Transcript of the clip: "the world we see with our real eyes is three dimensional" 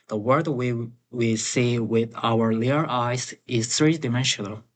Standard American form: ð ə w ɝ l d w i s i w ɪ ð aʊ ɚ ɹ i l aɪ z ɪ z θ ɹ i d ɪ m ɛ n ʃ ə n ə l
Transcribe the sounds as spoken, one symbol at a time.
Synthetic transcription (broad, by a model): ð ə w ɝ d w w i s i w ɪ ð aʊ ɚ l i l aɪ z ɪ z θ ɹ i d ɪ m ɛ n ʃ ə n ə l